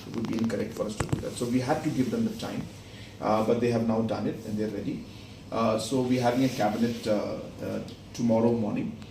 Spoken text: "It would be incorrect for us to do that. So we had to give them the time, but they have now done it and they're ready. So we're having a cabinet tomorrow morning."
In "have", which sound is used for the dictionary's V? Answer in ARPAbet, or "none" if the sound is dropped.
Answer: V